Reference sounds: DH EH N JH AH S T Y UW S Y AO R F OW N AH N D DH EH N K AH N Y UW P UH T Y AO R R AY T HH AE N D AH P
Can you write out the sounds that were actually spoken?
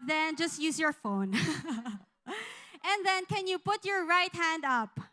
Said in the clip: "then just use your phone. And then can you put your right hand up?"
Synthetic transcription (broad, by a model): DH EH N JH AH S T Y UW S Y AO R F OW N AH N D DH EH N K AH N Y UW P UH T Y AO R R AY T HH AE N D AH P